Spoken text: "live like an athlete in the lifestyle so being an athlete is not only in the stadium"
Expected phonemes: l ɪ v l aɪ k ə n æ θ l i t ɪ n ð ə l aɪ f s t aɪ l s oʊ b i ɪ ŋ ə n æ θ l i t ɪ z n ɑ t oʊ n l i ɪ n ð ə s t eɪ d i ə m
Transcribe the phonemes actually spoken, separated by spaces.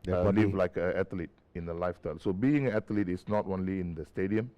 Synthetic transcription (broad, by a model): l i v l aɪ k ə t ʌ l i t ɪ n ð ə l aɪ f t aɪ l s oʊ b i ɪ ŋ ə n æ t l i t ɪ s n ɑ t oʊ n l i ɪ n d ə s t eɪ d i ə m